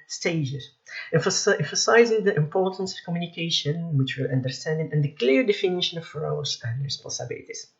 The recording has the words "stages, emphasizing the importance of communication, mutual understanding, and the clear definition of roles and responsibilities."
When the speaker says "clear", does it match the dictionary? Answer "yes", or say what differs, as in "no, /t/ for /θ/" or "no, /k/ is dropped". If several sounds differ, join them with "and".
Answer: yes